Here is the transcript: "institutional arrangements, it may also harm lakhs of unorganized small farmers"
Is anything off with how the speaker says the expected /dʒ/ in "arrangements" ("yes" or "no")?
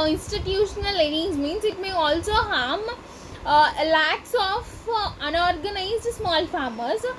yes